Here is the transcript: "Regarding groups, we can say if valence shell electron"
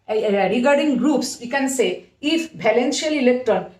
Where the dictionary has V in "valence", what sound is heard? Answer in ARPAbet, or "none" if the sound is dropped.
B